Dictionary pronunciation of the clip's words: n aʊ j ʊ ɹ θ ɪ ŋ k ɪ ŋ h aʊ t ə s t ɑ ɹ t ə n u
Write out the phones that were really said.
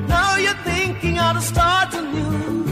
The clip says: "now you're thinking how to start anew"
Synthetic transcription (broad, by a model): n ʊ j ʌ ɹ θ ɪ ŋ k ɪ ŋ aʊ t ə s t ɑ ɹ t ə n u